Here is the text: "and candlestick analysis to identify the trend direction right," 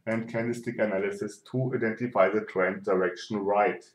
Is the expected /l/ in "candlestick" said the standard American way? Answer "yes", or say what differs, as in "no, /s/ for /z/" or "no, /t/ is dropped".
no, /l/ is dropped